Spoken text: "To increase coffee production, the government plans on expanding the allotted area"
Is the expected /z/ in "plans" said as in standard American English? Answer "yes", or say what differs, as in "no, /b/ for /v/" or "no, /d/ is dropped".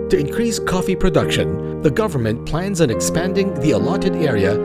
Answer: yes